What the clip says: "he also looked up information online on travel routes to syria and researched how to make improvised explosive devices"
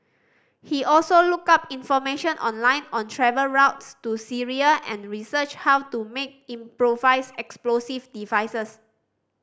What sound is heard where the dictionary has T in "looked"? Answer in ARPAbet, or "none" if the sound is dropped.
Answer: none